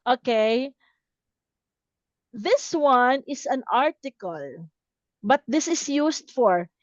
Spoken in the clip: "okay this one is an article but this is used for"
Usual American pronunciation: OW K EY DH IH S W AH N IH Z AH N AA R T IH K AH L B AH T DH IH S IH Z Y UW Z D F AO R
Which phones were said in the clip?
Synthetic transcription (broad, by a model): OW K EY DH IH S W AH N IH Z AH N AA R T IH K AH L B AH T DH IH S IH S Y UW S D F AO R